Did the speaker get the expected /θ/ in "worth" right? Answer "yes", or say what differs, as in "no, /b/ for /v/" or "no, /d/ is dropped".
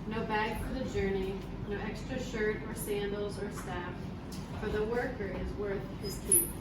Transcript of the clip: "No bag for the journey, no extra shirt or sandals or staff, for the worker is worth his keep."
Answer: yes